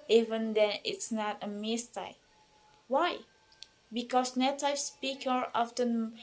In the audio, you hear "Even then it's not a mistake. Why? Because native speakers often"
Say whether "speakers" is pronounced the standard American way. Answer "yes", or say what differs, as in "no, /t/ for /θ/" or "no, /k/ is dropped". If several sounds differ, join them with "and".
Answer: no, /z/ is dropped